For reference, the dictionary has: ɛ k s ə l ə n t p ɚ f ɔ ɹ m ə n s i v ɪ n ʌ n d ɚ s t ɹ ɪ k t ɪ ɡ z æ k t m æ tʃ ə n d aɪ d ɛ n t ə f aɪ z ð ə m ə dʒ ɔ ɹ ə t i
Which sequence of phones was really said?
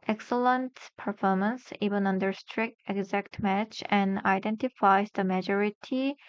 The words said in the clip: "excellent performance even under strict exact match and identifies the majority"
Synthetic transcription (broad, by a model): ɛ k s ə l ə n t p ɚ f ɔ ɹ m ə n s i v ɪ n ʌ n d ɚ s t ɹ ɪ k t ɪ ɡ z æ k t m æ tʃ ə n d aɪ d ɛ n t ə f aɪ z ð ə m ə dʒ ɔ ɹ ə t i